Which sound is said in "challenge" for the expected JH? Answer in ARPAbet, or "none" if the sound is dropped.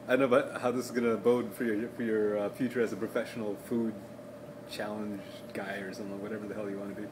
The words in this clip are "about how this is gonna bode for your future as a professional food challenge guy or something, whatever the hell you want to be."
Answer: JH